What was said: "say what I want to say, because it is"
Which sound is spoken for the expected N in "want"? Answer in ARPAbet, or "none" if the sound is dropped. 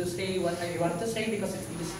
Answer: none